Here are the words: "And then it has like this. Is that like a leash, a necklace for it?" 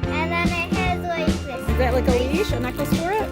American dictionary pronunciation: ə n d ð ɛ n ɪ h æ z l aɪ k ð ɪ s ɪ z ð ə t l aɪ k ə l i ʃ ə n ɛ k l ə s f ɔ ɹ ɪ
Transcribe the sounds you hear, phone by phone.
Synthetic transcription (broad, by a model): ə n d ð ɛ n ɪ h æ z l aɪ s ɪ ɪ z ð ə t l aɪ k ə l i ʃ ə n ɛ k ə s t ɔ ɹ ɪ